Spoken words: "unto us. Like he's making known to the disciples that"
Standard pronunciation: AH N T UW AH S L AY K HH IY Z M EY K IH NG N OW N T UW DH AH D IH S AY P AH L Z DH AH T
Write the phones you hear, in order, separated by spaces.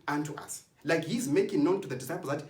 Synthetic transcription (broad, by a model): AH N T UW AH S L AY K HH IY Z M EY K IH NG N OW N T UW DH AH D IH S AY P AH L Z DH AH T